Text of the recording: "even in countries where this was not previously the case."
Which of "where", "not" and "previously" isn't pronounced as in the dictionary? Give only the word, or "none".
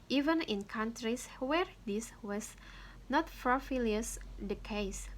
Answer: previously